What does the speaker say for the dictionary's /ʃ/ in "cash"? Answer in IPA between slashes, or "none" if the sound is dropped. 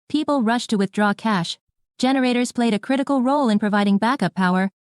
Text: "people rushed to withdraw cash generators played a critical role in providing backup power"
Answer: /ʃ/